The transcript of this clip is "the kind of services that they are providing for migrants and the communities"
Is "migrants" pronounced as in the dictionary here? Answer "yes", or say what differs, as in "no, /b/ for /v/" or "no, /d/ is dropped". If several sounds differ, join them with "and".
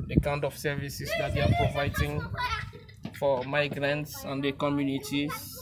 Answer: yes